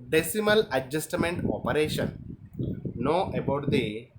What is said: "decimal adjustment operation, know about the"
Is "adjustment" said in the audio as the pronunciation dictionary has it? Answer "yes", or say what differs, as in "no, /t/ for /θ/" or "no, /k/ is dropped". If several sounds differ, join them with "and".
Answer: yes